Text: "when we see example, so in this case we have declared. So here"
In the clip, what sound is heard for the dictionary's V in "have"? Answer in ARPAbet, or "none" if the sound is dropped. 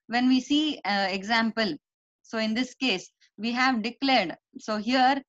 V